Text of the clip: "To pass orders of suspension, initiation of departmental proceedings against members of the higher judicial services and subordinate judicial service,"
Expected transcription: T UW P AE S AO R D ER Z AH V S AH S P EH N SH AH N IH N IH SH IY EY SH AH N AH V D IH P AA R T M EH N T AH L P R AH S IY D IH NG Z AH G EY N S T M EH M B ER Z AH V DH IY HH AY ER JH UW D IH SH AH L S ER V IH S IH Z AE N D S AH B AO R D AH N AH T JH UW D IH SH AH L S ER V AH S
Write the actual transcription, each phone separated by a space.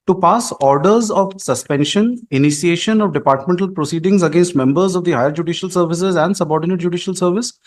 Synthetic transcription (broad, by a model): T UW P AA S AO R D ER Z AH V S AH S P EH N SH AH N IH N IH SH IY EY SH AH N AH V D IH P AA R T M EH N T AH L P R AH S IY D IH NG Z AH G EY N S T M EH M B ER Z AH V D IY HH AY ER JH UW D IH SH AH L S ER V IH S IH Z AE N D S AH B AO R D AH N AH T JH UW D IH SH AH L S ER V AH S